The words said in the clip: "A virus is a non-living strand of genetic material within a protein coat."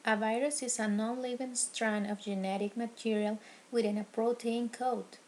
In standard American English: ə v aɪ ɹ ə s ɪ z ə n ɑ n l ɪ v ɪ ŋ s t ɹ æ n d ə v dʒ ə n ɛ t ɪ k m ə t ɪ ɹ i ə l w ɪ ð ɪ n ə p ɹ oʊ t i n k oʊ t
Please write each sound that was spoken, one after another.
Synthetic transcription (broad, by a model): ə v aɪ ɹ ə s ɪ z ə n ɑ n l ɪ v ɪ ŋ s t ɹ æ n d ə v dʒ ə n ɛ t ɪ k m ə t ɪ ɹ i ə l w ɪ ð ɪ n ə p ɹ oʊ t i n k oʊ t